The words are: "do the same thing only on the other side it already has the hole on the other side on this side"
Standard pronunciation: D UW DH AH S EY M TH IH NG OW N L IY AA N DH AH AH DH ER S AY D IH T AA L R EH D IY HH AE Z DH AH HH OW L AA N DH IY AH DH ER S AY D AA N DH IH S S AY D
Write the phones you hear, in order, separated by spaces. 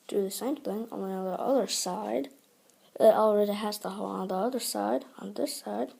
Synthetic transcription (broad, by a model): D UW DH AH S EY M TH IH NG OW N IY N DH AH AH DH ER S AY D IH T AA L R EH D IY HH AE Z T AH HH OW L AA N DH IY AH DH ER S AY D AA N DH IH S S AY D